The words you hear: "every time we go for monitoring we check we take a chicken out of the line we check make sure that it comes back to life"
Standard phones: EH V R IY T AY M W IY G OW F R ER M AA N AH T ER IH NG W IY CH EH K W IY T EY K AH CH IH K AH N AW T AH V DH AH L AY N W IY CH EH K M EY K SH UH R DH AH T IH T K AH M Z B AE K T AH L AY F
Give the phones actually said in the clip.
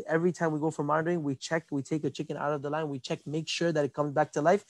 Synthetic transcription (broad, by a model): EH V R IY T AY M W IY G OW F R ER M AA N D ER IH NG W IY CH EH K W IY T EY K AH CH IH K AH N AW T AH V DH AH L AY N W IY CH EH K M EY K SH UH R DH AH T IH T K AH M Z B AE K T AH L AY F